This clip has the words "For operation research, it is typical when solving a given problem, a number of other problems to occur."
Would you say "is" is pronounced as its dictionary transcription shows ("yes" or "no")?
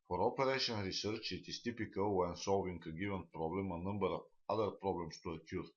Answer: no